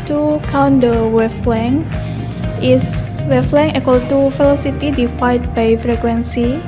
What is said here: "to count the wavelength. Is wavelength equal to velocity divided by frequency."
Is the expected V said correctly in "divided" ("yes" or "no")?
no